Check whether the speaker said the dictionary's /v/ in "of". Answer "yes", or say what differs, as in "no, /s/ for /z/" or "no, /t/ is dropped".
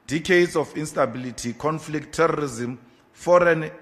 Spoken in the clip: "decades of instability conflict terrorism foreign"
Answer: no, /f/ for /v/